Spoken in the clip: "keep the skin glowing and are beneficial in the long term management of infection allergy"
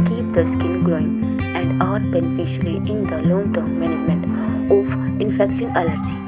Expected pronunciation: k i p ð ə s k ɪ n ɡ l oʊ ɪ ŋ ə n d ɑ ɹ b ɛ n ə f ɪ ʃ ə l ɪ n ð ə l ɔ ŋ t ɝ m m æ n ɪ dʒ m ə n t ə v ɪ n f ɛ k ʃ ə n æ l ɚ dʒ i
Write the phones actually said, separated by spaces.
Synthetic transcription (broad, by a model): k i p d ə s k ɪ l ɡ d oʊ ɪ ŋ ə n d ɑ ɹ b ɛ n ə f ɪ ʃ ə l ɪ n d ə l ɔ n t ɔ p m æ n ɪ dʒ m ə n t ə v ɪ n f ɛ k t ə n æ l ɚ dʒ i